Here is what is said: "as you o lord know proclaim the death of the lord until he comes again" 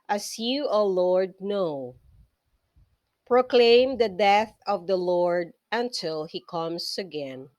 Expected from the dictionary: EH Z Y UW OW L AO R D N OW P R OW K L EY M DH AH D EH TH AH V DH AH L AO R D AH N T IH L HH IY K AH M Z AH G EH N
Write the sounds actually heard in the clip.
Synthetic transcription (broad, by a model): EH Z Y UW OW L AO R D N OW P R OW K L EY M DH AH D EH TH AH V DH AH L AO R D AH N T IH L HH IY K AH M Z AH G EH N